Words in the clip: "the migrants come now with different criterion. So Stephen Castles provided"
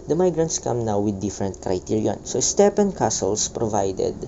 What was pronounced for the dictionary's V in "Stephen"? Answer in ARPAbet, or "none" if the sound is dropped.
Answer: P